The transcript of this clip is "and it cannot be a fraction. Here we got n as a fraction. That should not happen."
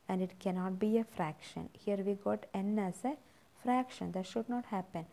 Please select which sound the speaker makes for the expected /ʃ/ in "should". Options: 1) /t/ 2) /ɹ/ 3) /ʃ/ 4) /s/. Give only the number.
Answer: 3